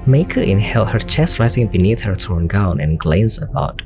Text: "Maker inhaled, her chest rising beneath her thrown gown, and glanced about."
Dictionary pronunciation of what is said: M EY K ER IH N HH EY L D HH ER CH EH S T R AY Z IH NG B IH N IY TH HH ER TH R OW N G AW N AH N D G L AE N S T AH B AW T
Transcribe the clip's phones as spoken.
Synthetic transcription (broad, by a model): M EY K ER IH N HH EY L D HH ER CH EH S T R AY Z IH NG B IH N IY TH HH ER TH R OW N G AW N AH N G L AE N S AH B AW T